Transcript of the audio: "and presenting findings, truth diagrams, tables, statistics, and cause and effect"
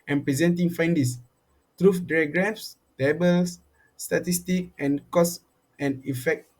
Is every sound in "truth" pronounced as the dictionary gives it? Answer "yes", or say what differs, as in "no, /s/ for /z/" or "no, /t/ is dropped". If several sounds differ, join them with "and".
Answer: no, /f/ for /θ/